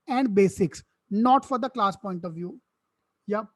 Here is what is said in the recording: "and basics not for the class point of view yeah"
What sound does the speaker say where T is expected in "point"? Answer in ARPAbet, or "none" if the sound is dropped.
T